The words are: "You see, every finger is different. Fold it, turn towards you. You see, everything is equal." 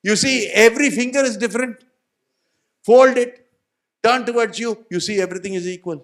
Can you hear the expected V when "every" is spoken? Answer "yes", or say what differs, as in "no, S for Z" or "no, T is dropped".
yes